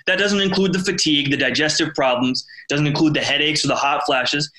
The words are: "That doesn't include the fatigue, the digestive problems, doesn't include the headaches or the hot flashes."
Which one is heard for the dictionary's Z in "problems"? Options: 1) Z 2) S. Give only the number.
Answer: 1